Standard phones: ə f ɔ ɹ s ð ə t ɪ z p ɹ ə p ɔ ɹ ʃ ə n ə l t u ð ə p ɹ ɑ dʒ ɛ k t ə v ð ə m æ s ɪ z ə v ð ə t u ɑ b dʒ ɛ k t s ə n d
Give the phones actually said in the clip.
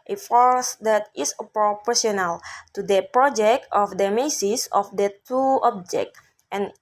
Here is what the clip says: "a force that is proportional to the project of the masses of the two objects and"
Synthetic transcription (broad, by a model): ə f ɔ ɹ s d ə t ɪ s p ɹ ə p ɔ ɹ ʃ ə n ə l t u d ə p ɹ ɑ dʒ ɛ k t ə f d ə m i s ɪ s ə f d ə t u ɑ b dʒ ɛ k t ə n